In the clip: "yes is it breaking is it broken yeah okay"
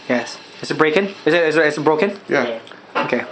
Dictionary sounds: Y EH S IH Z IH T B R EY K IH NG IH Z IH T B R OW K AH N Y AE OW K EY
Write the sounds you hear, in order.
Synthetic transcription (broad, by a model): Y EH S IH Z IH T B R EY K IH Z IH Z IH T B R OW K AH N Y AE OW K EY